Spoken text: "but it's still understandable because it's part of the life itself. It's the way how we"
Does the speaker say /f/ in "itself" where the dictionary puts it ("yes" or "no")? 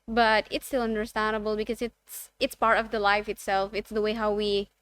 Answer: yes